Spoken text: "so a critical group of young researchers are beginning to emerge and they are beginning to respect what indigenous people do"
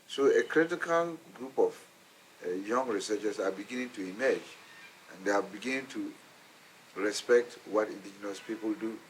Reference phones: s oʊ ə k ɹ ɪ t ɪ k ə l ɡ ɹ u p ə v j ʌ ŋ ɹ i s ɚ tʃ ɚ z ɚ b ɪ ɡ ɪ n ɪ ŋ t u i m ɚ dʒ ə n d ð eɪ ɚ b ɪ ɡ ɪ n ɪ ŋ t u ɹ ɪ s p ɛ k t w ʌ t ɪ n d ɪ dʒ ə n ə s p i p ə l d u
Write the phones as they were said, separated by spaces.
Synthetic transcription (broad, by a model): s oʊ ə k ɹ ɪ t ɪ k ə l ɡ ɹ u p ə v j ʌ ŋ ɹ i s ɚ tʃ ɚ s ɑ b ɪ ɡ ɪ n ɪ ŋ t u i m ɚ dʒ ə n d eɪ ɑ b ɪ ɡ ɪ n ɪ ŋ t u ɹ ɪ s p ɛ k t w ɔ t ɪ n d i dʒ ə n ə s p i p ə l d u